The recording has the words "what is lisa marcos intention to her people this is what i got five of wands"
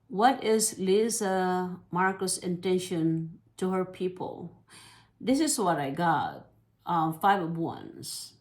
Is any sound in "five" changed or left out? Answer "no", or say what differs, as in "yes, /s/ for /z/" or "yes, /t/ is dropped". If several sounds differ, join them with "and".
no